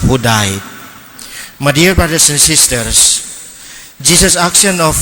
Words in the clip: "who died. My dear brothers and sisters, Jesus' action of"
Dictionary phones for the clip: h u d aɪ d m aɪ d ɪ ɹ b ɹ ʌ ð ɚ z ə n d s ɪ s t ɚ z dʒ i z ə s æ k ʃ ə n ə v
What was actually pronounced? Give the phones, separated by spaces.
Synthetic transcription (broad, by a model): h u d aɪ d m aɪ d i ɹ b ɹ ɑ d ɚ s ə n s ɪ s t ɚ s dʒ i s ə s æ k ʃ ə n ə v